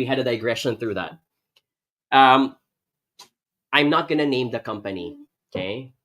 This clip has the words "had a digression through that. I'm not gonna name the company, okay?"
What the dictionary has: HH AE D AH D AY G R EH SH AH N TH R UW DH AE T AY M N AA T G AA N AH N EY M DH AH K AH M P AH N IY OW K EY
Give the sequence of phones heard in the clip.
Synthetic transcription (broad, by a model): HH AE D AH D AY G R EH SH AH N TH R UW DH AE T AY M N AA T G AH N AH N EY M DH AH K AH M P AH N IY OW K EY